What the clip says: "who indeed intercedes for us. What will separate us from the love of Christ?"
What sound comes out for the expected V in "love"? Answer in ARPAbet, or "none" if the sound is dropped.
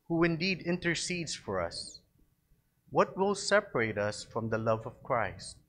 V